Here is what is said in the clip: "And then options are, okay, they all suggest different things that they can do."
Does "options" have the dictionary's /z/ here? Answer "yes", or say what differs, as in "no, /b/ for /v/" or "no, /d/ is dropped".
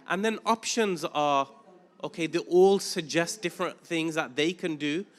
yes